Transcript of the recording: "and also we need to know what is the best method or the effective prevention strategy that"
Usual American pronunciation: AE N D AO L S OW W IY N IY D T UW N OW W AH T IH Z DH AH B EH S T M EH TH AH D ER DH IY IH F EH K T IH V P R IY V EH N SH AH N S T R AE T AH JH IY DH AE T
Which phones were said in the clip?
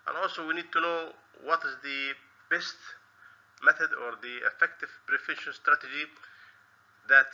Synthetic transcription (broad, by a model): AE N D AO L S OW W IY N IY D T UW N OW W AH T IH Z DH AH B EH S T M EH TH AH D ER DH IY IH F EH K T IH V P R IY F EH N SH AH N S T R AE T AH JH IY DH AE T